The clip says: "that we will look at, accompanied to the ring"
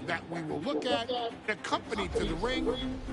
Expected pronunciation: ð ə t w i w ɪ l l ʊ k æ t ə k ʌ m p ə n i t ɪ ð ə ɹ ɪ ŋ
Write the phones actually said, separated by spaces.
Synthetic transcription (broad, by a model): ð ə t w i w ɪ l l ʊ k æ t ə k ʌ m p ə n i t ɪ ð ə ɹ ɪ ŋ